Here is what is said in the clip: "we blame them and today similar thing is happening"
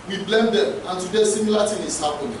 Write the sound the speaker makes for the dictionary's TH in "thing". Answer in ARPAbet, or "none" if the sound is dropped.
T